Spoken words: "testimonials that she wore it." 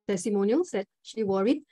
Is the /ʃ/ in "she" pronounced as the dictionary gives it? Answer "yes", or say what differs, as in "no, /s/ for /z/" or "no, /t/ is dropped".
yes